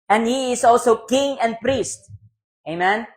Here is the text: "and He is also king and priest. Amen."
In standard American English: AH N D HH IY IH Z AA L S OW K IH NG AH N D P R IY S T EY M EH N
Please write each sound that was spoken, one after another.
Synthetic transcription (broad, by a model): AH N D HH IY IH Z AA L S OW K IH NG AH N D P R IY S T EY M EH N